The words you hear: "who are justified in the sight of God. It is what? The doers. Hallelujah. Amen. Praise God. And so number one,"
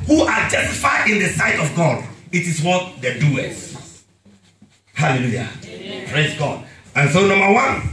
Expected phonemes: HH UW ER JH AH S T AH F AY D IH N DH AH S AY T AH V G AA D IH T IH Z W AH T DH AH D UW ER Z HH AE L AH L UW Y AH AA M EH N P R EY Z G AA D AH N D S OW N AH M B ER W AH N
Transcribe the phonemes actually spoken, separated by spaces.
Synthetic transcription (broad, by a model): HH UW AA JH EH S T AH F AY IH N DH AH S AY T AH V G AA D IH T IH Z W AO T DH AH D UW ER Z HH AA L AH L UW Y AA P R EY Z G AA D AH N S OW N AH M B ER W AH N